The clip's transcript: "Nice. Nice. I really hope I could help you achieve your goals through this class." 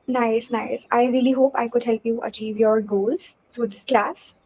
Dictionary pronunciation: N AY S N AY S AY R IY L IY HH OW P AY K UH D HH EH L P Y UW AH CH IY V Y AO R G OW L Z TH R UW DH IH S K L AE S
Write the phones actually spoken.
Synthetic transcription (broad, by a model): N AY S N AY S AY R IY L IY HH OW P AY K UH D HH EH L P Y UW AH CH IY V Y AO R G OW L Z T R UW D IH S K L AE S